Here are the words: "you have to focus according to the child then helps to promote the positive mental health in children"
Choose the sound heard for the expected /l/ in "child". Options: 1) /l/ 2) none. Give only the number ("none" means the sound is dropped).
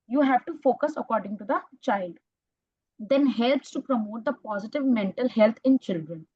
1